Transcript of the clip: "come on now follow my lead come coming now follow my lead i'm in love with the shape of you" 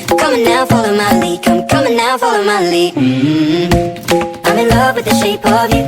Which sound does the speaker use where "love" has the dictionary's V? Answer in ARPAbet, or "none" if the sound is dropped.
V